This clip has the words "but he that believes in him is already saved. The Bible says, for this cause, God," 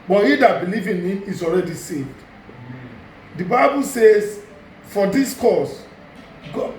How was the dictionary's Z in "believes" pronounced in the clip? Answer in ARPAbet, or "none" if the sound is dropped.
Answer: none